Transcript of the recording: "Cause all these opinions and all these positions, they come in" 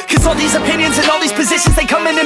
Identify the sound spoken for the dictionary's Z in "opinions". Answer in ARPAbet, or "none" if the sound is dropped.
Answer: Z